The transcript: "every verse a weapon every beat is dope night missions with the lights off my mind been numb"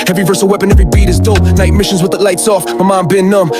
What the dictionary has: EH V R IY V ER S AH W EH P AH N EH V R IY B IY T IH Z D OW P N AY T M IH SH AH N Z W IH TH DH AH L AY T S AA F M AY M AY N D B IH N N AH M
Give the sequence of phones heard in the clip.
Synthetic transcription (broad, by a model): EH V R IY V ER S AH W EH P AH N EH V R IY B IY T IH Z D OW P N AY T M IH SH AH N Z W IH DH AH L AY T S AA F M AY M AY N B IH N N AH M